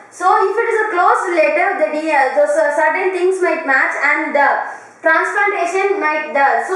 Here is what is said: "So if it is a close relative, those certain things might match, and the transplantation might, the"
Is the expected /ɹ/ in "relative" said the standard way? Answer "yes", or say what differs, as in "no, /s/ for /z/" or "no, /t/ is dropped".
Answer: no, /l/ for /ɹ/